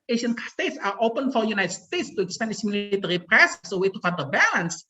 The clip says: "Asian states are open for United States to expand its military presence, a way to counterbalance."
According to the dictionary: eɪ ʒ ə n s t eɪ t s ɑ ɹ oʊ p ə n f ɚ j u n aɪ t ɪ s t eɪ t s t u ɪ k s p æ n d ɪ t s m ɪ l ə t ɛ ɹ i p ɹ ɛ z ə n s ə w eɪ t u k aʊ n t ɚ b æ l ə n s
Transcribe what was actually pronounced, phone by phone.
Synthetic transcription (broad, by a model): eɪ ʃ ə n s t eɪ t s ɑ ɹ oʊ p ə n f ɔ j u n aɪ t s t eɪ t s t u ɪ k s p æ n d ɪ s m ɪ l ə t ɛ ɹ i p ɹ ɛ s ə s ə w eɪ t u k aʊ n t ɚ b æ l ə n s